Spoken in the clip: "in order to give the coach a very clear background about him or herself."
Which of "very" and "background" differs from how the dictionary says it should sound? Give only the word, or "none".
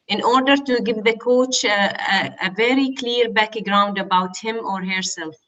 none